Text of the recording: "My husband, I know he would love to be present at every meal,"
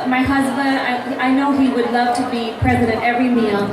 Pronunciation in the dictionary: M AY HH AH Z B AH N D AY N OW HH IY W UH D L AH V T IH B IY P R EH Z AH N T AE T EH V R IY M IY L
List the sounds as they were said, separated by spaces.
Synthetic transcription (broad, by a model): M AY HH AH Z B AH N D AY N OW HH IY W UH D L AH V T IH B IY P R EH Z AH T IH T EH V R IY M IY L